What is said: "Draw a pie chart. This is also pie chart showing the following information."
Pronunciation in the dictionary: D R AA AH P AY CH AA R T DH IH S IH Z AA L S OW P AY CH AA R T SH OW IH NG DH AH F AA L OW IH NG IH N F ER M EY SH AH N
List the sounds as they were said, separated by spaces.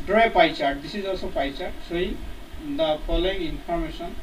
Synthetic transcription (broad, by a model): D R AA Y P AY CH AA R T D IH S IH Z AA L S OW P AY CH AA R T S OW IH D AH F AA L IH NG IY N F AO M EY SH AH N